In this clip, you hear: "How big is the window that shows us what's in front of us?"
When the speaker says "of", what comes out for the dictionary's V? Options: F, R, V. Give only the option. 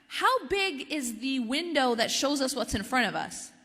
V